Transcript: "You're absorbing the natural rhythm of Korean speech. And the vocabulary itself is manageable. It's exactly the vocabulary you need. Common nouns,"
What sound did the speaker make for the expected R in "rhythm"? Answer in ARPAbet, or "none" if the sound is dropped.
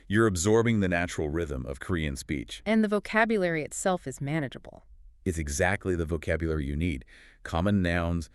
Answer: R